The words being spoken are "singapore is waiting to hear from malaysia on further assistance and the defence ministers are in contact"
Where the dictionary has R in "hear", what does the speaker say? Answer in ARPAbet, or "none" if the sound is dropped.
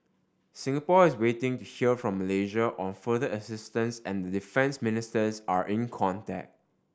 L